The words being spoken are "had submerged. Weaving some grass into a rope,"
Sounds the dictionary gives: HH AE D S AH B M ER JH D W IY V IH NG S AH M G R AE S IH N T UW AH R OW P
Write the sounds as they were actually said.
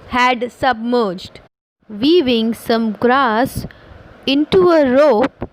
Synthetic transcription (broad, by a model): HH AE D S AH B M ER JH D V IY V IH NG S AH M G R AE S IH N T UW AH R OW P